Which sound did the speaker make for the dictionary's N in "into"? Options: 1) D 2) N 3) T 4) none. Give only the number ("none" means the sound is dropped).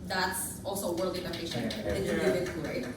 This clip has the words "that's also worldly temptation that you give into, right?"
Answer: 4